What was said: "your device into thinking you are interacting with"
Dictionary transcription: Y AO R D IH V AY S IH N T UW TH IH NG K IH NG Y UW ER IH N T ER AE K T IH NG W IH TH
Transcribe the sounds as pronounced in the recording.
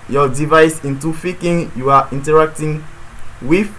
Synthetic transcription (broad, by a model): Y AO D IH V AY S IH N T UW F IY K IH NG Y UW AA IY N T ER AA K T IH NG W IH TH